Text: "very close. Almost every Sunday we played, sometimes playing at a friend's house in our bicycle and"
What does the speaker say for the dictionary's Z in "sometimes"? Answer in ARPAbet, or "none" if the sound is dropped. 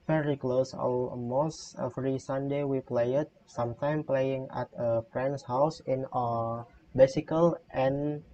none